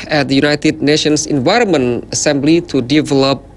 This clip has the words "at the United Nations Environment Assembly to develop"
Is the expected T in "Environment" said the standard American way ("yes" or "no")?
no